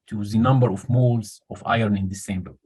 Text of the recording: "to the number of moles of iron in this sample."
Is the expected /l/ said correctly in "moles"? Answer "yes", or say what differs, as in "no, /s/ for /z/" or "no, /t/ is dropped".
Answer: yes